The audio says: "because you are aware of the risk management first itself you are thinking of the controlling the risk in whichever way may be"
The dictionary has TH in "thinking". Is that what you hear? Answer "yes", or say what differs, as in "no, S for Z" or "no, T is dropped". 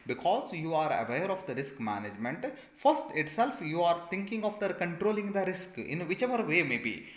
no, T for TH